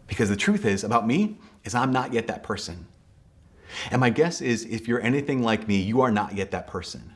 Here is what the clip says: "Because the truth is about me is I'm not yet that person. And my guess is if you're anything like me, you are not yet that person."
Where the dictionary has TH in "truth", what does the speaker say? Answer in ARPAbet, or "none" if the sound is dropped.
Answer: TH